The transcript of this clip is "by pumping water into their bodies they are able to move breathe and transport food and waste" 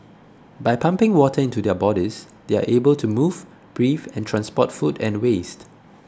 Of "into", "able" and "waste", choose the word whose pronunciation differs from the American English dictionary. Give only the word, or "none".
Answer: none